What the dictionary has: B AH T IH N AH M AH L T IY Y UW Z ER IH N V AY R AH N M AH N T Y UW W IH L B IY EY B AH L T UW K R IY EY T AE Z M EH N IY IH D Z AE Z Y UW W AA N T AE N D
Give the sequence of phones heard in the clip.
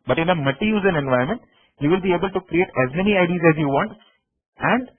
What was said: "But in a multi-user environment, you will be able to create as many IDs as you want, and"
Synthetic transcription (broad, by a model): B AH T IH N AH M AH T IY Y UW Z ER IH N V AY AH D M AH N T Y UW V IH L B IY EY B AH L T UW K R IY EY T AE Z M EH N IY IH D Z AE Z Y UW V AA N T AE N D